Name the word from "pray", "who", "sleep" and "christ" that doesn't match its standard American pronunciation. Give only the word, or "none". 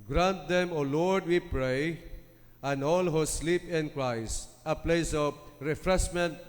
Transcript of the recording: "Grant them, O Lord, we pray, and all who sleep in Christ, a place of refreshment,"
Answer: none